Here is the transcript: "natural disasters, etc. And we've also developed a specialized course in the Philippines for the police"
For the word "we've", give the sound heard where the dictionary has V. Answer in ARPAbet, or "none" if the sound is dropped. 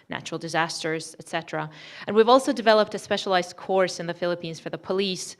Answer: V